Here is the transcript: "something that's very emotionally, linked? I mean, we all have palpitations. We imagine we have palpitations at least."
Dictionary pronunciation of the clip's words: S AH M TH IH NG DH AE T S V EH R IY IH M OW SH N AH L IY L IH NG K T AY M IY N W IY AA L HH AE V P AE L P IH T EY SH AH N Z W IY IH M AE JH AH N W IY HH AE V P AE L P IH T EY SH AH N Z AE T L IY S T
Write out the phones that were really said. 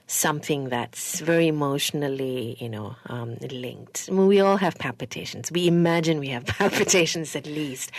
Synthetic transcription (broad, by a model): S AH M TH IH NG DH AE T S V EH R IY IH M OW SH N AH N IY L IH NG K T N W IY AA L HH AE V P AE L P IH T EY SH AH N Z W IY IH M AE JH AH N W IY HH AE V P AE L P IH T EY SH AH N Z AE T L IY S T